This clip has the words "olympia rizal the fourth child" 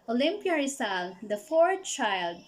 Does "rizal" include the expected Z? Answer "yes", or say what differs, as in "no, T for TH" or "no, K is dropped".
no, S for Z